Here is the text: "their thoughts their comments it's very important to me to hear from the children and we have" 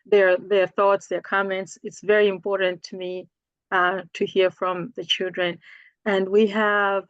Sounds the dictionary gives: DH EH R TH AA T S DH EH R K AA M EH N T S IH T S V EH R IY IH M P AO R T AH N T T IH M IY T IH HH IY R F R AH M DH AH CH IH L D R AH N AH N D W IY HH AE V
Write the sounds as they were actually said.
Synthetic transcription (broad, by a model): DH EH R TH AA T S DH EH R K AA M EH N T S IH T S V EH R IY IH M P AO R T N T T IH M IY T IH HH IY R F R AH M DH AH CH IH L D R AH N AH N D W IY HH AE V